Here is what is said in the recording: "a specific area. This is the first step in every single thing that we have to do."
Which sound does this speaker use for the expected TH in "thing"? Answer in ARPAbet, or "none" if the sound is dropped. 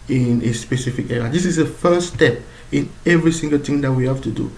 T